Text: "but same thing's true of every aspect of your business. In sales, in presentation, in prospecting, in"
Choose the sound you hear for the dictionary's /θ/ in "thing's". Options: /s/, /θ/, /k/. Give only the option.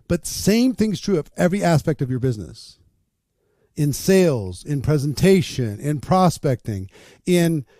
/θ/